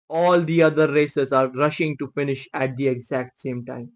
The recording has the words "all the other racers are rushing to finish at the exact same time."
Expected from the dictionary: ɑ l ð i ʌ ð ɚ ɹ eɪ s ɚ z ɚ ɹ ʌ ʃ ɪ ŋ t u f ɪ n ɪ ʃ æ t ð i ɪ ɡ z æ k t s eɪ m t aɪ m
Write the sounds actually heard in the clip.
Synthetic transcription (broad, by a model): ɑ l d i ʌ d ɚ ɹ eɪ s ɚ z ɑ ɹ ʌ ʃ ɪ ŋ t u f ɪ n ɪ ʃ æ t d i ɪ ɡ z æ k t s eɪ m t aɪ m